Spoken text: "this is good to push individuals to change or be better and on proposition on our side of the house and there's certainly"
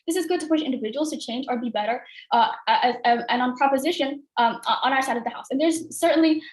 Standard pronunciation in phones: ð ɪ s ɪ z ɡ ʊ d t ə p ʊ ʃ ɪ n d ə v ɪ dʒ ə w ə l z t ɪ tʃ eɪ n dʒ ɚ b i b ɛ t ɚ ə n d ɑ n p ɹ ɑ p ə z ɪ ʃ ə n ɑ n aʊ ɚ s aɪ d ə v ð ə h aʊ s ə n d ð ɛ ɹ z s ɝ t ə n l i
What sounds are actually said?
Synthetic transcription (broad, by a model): ð ɪ s ɪ z ɡ ʊ d t ə p ʊ ʃ ɪ n d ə v ɪ dʒ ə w l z t ɪ tʃ eɪ n dʒ ɚ b i b ɛ t ɚ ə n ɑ n p ɹ ɑ p ə z ɪ ʃ ə n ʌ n aʊ ɚ s aɪ d ə v ð ə h aʊ s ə n ð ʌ ɹ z s ɝ t n l i